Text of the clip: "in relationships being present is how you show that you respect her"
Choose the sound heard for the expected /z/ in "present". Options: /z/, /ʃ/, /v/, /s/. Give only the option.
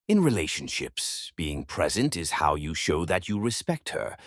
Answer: /z/